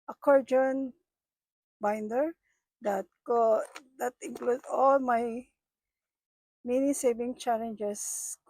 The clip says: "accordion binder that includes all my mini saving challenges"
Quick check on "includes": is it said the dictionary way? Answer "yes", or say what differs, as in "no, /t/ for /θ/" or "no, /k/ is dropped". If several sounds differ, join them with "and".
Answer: no, /z/ is dropped